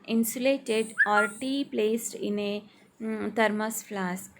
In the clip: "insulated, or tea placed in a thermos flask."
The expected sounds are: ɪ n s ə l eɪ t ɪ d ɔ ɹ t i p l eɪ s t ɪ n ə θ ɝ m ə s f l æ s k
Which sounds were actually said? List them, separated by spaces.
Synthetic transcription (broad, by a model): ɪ n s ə l eɪ t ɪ d ɔ ɹ t i p l eɪ s t ɪ n ə t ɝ m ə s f l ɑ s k